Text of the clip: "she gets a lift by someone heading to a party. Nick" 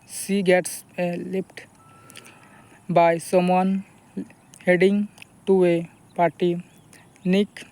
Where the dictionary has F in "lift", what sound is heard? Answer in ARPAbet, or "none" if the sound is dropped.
P